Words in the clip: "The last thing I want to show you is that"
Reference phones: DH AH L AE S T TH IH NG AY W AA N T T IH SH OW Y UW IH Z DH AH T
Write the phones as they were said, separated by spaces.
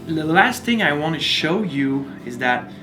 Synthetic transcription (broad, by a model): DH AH L AE S T TH IH NG AY W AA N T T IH SH OW Y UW IH Z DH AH T